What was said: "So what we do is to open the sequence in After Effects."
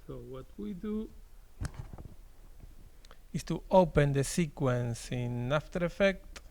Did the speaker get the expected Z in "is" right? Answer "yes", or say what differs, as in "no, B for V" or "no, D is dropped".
no, S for Z